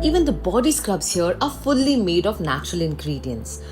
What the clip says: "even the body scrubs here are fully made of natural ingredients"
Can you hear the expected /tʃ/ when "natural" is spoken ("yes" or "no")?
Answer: yes